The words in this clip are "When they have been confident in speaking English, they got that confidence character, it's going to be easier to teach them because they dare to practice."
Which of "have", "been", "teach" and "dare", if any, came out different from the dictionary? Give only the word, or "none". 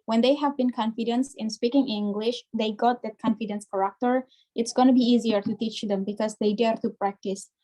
none